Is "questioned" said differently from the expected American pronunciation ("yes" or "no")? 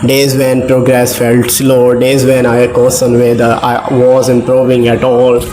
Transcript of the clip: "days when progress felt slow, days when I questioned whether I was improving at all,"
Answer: yes